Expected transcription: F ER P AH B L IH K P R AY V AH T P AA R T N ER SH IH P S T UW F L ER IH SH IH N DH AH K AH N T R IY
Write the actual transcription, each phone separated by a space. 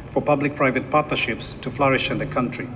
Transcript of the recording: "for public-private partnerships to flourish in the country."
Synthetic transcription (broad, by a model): F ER P AH B L IH K P R AY V AH T P AA R T N ER SH IH P S T UW F L ER IH SH IH N DH AH K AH N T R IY